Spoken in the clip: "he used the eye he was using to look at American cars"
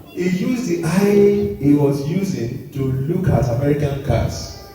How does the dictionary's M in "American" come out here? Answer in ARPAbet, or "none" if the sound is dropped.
M